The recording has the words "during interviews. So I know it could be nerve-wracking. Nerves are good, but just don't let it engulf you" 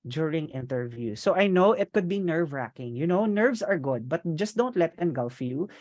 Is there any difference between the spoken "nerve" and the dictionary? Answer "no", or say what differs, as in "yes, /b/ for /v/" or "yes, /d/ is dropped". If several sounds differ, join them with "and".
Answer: no